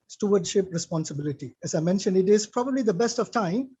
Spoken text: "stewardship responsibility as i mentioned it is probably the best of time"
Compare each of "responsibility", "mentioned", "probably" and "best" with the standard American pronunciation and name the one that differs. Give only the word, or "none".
none